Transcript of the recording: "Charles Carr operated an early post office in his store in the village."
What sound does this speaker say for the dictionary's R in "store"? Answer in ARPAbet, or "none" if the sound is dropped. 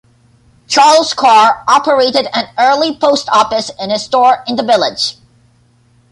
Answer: R